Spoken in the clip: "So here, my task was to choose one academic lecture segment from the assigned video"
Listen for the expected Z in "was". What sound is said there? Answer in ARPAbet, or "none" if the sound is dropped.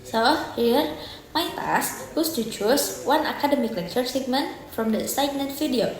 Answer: S